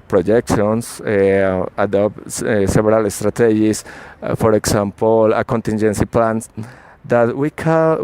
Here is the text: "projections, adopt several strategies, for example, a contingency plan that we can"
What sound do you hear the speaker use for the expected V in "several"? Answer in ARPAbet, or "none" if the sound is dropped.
B